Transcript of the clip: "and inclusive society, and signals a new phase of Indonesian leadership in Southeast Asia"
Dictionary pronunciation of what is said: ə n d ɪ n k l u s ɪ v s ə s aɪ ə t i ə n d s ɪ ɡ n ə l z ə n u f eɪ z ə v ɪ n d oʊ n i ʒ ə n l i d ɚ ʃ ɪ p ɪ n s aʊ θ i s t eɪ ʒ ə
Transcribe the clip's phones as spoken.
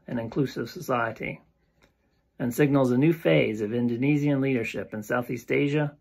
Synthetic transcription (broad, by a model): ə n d ɪ n k l u s ɪ v s ə s aɪ ə t i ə n s ɪ ɡ n l z ə n u f eɪ z ə v ɪ n d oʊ n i z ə n l i d ɚ ʃ ɪ p ɪ n s aʊ θ i s t eɪ ʒ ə